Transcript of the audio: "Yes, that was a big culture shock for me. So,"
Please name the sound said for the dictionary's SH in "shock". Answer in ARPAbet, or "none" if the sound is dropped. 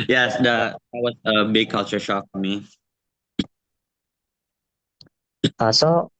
SH